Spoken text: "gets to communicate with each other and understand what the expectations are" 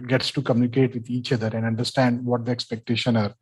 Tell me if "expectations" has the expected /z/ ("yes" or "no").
no